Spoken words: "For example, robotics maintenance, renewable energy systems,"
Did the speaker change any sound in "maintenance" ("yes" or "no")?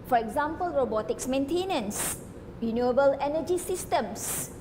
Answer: no